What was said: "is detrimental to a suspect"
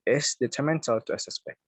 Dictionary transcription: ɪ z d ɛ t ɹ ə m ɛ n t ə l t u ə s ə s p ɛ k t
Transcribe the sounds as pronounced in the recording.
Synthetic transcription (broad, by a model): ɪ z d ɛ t ə m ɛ n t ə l t u ə s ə s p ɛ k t